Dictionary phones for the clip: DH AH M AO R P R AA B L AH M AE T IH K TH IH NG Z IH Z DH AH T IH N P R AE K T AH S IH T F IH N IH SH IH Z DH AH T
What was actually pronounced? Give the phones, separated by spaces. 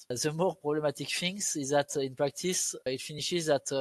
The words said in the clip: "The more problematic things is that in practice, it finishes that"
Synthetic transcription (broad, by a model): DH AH M AO R P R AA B L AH M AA T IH K F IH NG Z IH Z DH AH T IH N P R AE K T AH S IH T F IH N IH SH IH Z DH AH T